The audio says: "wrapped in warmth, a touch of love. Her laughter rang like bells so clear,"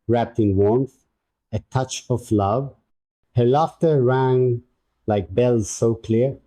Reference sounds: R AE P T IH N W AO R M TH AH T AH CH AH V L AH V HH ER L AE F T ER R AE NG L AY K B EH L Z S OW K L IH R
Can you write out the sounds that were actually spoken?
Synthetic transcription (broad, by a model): R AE P T IH N W AO R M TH AH T AH CH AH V L AH V HH ER L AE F T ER R AE NG L AY K B EH L Z S OW K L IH R